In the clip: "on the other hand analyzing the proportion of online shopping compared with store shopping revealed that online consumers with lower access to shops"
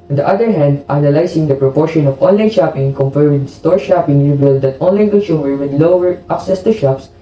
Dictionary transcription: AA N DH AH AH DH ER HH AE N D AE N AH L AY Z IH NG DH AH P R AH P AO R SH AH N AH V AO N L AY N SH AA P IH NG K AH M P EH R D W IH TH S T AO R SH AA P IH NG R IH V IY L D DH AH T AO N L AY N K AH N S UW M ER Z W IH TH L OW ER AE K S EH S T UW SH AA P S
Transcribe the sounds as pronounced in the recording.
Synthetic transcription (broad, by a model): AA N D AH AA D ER HH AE N D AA N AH L AY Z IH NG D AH P R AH P AO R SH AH N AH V AO N L AY N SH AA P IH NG K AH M P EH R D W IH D S T AO R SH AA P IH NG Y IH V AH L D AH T AO N L AY N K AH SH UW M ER W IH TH L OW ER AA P S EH S T UW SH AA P S